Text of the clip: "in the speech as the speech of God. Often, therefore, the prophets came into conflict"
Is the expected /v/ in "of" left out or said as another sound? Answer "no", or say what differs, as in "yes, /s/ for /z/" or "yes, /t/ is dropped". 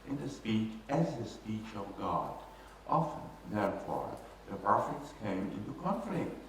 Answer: no